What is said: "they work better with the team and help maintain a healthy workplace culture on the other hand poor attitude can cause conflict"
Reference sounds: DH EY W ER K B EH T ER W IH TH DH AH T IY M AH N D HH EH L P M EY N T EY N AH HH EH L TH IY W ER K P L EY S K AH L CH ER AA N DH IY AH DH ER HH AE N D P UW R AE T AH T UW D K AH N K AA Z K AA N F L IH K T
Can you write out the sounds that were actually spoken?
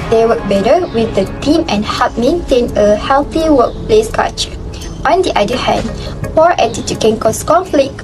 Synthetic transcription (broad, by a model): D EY W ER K B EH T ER W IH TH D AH T IY M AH N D HH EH P M EY N T EY N AH HH EH L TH IY W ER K P L EY S K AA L CH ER AA N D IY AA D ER HH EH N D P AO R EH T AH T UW K AH N K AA S K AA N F L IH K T